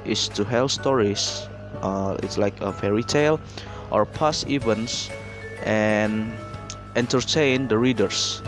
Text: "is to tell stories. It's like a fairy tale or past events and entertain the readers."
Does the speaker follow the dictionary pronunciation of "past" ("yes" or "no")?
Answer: no